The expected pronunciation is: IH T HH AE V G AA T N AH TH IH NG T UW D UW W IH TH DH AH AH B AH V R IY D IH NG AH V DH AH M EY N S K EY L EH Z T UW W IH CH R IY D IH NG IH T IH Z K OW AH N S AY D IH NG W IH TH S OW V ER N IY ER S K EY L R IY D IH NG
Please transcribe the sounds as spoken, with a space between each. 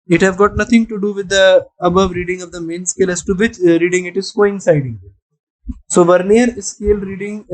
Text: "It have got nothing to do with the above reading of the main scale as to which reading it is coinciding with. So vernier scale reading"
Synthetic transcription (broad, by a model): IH T HH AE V G AA T N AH T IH NG T UW D UW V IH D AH AH B AH V R IY D IH NG AH V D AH M EY N S K EY L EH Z T UW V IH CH R IY D IH NG IH T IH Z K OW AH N S AY D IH NG S OW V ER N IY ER S K EY L R IY D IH NG